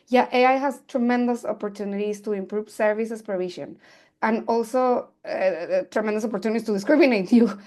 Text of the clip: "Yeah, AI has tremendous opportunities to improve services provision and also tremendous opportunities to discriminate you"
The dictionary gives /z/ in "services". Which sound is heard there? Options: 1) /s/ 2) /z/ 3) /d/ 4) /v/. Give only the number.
1